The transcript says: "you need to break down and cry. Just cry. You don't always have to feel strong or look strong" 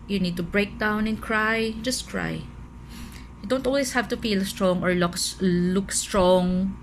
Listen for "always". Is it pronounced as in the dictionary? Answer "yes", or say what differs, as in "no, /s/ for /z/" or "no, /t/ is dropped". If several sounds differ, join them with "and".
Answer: no, /s/ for /z/